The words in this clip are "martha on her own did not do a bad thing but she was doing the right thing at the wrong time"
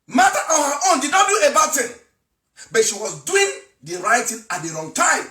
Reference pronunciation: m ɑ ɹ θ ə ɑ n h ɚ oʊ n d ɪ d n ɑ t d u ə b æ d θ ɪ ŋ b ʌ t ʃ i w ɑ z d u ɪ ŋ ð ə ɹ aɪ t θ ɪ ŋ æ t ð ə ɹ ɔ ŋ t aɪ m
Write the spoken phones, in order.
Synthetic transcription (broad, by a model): m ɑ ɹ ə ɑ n h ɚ oʊ n d ɪ d n ɑ t d u ə b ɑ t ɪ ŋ b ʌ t ʃ i w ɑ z d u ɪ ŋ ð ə ɹ aɪ t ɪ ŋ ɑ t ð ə ɹ ɔ ŋ t aɪ m